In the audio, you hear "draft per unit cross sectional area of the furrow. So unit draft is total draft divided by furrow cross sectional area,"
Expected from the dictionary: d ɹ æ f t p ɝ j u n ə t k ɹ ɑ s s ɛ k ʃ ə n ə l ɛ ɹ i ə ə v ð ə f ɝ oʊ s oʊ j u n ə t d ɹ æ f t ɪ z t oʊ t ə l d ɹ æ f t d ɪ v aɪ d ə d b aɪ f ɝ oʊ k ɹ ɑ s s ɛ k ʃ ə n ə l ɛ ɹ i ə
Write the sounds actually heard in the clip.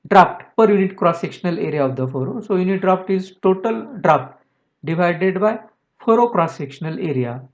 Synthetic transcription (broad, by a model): d ɹ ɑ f t p ɝ j u n ə t k ɹ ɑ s s ɛ k ʃ ə n ə l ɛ ɹ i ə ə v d ə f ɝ oʊ s oʊ j u n ə t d ɹ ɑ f t ɪ z t oʊ t ə l d ɹ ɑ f t d ɪ v aɪ d ə d b aɪ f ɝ oʊ k ɹ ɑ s s ɛ k ʃ ə n ə l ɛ ɹ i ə